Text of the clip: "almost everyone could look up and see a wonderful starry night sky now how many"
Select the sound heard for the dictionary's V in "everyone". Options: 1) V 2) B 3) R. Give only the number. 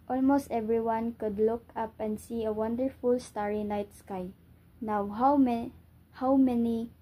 1